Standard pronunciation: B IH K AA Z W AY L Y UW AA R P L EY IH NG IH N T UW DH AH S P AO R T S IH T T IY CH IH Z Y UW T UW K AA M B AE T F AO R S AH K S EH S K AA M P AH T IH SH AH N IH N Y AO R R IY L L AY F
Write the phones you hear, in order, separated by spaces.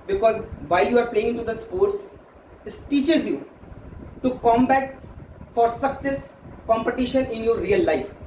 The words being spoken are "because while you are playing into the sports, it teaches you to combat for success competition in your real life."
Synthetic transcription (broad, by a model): B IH K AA Z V AY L Y UW AA R P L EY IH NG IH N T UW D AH S P AO R T S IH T T IY CH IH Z Y UW T UW K AA M B AE T F AO R S AH K S EH S K AA M P AH T IH SH AH N IH N Y AO R R IY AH L AY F